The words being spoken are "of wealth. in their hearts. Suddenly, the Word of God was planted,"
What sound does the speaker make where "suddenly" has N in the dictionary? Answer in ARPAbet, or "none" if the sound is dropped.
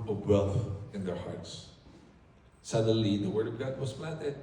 none